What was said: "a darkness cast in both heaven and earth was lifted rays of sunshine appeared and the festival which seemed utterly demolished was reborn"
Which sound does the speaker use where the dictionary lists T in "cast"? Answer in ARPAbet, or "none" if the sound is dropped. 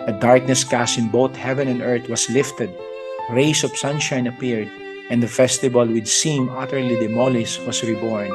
none